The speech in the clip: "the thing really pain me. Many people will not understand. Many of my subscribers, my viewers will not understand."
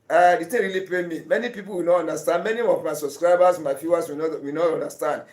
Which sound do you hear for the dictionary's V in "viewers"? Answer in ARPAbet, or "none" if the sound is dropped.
F